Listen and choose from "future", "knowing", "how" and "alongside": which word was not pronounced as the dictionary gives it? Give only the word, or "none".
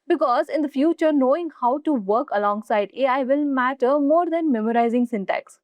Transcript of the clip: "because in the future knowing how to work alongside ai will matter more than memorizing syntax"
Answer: none